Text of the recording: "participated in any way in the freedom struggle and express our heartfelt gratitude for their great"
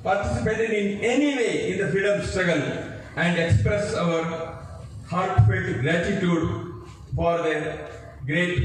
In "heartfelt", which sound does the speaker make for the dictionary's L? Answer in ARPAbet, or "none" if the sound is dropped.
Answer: none